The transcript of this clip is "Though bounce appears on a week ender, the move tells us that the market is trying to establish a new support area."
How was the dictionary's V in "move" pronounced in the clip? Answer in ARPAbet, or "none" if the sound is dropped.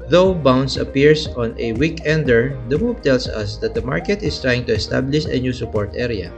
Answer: B